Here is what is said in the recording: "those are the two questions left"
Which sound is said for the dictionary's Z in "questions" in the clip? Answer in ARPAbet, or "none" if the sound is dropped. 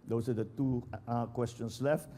S